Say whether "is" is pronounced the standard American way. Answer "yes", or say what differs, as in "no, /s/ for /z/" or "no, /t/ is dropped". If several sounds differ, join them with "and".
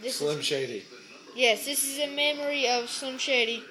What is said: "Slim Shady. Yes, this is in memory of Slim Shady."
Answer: yes